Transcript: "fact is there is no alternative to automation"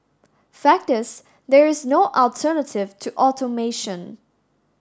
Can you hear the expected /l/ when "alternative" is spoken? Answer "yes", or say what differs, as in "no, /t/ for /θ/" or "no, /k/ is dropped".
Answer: yes